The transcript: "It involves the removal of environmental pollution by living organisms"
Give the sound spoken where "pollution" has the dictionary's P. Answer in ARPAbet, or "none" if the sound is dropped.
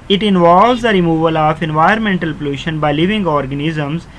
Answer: P